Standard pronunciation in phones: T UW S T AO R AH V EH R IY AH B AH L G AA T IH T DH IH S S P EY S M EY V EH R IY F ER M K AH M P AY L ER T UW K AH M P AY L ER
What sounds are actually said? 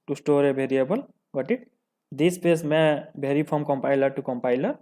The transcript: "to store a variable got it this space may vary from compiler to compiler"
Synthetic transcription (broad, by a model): T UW S T AO R AH B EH R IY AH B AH L G AA T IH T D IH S S P EY S M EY B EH R IY P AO M K AH M P AY L ER T UW K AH M P AY L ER